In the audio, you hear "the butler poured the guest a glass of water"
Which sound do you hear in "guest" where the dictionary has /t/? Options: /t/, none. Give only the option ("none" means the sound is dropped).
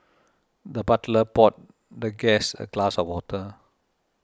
none